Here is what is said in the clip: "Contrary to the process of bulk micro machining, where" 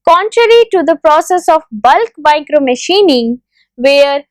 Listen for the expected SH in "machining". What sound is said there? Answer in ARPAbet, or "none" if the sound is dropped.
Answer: SH